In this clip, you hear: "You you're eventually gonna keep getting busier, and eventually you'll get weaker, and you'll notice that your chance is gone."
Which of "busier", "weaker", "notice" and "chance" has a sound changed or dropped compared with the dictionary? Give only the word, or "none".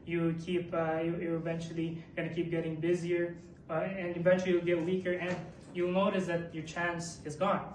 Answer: none